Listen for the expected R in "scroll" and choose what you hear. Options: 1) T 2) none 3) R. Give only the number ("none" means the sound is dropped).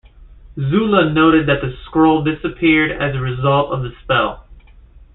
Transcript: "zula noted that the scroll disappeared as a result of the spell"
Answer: 3